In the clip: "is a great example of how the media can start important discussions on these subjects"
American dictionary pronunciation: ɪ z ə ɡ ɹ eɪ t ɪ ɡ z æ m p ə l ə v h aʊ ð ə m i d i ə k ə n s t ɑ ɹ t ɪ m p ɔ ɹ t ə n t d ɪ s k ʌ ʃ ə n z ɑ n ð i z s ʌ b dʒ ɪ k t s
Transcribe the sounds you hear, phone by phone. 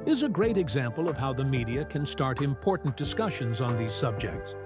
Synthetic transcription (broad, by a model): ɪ z ə ɡ ɹ eɪ t ɪ ɡ z æ m p ə l ə v h aʊ ð ə m i d i ə k ə n s t ɑ ɹ t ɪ m p ɔ ɹ t n d ɪ s k ʌ ʃ ə n z n ð i z s ʌ b dʒ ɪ k t s